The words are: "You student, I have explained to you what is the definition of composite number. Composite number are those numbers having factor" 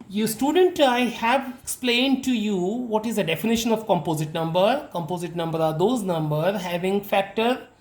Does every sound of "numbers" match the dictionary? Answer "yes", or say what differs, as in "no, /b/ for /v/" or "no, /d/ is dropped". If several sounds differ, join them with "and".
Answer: no, /z/ is dropped